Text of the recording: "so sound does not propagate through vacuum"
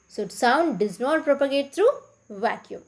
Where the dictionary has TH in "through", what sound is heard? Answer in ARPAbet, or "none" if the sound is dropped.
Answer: T